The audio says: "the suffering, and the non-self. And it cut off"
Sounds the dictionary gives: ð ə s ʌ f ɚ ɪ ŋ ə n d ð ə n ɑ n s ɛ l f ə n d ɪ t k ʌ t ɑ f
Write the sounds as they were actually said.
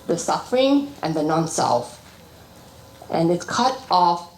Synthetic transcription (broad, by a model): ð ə s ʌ f ɚ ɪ ŋ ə n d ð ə n ɑ n s ɛ l f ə n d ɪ t k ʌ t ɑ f